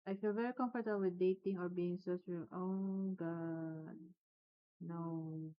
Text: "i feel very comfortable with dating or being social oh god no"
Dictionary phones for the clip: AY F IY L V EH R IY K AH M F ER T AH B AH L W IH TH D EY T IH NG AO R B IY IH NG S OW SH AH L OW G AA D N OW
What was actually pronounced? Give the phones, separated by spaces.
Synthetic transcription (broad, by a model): AY F IY L V EH R IY K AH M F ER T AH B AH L W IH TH D EY T IH NG AO R B IY IH NG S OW S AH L OW G AA D N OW